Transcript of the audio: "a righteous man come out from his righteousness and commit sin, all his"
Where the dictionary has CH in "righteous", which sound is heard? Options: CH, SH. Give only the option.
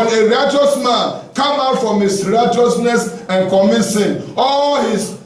CH